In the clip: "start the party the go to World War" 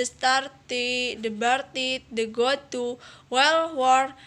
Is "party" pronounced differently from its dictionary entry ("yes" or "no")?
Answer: yes